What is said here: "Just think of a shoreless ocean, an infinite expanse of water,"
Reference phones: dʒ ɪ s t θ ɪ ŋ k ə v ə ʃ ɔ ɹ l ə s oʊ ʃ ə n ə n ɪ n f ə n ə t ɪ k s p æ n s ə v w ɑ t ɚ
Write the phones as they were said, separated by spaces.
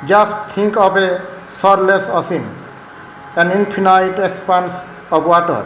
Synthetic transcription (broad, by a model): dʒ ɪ s t t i ŋ k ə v ə s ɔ ɹ l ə s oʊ s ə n ə n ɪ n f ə n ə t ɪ k s p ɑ n s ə p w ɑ t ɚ